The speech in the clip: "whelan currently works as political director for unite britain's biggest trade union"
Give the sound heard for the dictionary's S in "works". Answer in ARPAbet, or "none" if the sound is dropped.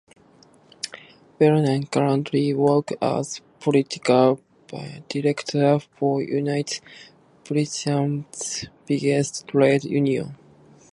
none